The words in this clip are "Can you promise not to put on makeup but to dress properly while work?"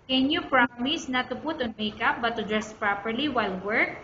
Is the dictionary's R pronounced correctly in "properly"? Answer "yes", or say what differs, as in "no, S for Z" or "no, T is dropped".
yes